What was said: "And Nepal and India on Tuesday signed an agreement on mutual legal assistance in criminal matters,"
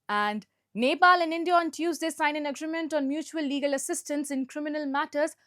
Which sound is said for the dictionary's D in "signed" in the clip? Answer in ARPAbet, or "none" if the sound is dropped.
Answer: none